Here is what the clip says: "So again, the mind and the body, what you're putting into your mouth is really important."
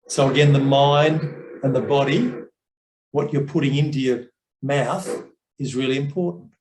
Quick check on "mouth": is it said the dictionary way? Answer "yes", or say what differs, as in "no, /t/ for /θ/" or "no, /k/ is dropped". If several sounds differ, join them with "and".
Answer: yes